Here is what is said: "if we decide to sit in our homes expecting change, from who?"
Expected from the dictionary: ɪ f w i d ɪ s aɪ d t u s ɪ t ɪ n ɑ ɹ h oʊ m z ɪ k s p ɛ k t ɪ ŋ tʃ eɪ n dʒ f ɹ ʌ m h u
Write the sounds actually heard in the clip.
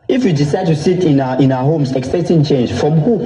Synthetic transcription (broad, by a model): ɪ f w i d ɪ s aɪ d t u s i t ɪ n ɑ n h oʊ m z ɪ k s ɛ t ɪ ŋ tʃ eɪ n dʒ f ɹ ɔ m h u